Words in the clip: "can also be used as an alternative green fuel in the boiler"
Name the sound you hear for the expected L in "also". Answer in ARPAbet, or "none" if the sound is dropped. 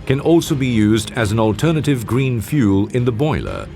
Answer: L